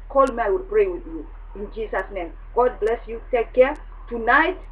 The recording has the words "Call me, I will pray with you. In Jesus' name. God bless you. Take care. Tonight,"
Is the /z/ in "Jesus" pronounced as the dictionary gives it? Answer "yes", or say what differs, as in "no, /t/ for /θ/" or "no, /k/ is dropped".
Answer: no, /s/ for /z/